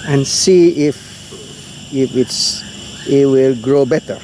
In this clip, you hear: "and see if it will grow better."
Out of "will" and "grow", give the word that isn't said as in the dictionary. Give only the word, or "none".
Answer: none